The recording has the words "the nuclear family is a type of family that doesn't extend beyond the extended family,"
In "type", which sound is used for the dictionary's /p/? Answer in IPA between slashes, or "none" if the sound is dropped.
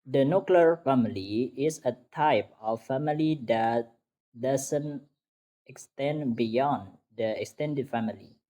/p/